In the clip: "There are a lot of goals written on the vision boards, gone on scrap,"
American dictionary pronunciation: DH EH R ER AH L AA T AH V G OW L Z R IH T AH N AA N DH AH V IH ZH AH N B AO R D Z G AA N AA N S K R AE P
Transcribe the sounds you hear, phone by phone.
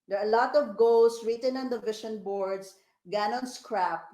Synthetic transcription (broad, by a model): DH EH R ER AH L AA T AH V G OW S R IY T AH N AA N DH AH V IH SH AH N B AO R D S G AA N AA N S K R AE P